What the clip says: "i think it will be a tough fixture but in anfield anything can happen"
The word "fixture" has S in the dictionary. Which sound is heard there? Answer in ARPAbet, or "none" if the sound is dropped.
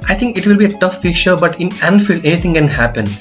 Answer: none